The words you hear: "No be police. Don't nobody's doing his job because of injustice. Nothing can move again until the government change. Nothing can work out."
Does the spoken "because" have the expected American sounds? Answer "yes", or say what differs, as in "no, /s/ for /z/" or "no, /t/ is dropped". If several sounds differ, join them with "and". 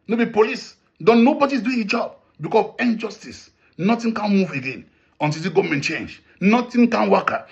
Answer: no, /z/ is dropped